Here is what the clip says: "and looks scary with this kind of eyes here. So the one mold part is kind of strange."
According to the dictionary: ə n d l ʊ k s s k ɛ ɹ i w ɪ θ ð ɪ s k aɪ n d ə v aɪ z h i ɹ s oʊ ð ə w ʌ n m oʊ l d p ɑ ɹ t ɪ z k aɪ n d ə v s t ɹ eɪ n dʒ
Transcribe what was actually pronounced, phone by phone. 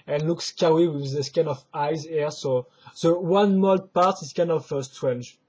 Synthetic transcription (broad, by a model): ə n l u k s s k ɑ w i w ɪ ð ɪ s k aɪ n d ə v aɪ z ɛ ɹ s oʊ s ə w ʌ n m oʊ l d p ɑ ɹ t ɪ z k aɪ n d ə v s t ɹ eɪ n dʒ